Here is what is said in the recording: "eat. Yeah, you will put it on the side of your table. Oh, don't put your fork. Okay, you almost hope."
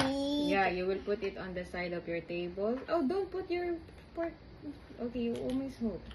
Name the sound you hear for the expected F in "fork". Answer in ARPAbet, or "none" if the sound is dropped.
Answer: P